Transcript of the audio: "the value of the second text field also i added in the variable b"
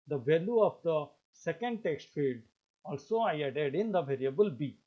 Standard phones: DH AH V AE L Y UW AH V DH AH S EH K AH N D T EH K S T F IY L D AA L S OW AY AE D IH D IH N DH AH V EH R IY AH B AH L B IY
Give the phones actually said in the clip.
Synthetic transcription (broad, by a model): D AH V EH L Y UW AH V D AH S EH K AH N D T EH K S T F IY L D AA L S OW AY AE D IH D IH N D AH V EH R IY AH B AH L B IY